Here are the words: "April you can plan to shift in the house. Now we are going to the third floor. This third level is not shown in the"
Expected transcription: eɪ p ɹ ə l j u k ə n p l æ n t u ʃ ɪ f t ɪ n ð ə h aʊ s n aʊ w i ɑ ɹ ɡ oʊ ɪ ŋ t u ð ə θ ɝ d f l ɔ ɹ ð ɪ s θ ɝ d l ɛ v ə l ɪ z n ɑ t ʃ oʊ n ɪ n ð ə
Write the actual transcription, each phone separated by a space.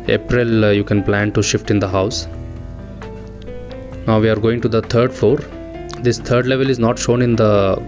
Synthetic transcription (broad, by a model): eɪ p ɹ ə l j u k ə n p l æ n t u ʃ ɪ f t ɪ n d ə h aʊ s n aʊ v i ɑ ɹ ɡ oʊ ɪ ŋ t u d ə t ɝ d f ɔ ɹ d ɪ s t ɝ d l ɛ v ə l ɪ z n ɑ t ʃ oʊ n ɪ n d ə